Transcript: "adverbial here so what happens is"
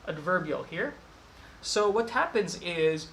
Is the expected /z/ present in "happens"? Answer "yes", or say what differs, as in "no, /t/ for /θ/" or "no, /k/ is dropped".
yes